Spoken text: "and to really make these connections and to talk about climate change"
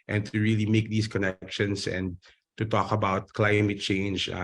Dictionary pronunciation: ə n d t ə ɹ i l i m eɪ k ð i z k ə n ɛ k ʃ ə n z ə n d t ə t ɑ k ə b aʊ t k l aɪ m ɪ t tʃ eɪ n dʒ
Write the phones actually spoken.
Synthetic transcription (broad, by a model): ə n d t ə ɹ i l i m eɪ k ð i s k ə n ɛ k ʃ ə n s ə n d t ə t ɑ k ə b aʊ t k l aɪ m ɪ t tʃ eɪ n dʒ